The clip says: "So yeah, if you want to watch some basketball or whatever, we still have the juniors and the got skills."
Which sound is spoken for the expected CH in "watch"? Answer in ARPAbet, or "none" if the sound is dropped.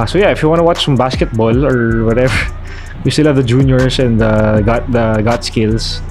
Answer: CH